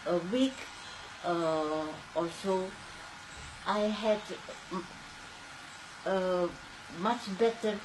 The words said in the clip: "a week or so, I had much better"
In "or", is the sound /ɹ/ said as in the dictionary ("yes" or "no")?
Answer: no